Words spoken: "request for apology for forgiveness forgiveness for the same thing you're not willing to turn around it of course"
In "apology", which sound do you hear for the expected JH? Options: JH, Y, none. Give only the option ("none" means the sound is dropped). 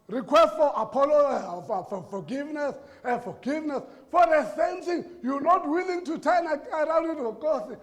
none